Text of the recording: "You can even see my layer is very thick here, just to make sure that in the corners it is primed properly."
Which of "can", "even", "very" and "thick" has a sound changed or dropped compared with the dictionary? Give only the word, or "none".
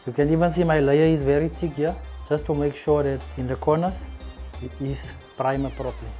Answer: thick